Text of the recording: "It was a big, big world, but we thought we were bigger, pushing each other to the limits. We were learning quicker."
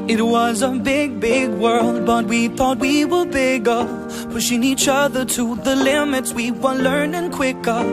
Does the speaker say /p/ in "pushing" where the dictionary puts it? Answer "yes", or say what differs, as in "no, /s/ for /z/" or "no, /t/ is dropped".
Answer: no, /f/ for /p/